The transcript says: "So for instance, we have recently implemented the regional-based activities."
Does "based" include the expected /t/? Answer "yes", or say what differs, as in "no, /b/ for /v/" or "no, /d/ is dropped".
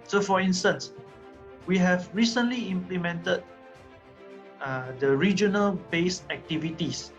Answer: no, /t/ is dropped